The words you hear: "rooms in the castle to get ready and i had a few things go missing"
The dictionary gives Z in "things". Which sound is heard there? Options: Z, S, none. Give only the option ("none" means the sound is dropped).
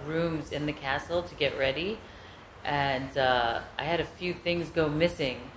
Z